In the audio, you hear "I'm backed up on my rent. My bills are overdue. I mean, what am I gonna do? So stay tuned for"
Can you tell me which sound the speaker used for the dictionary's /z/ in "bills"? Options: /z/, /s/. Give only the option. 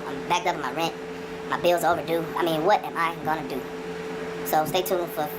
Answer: /z/